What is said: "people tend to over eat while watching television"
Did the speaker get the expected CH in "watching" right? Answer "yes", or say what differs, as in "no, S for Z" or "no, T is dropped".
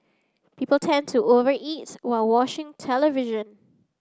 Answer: no, SH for CH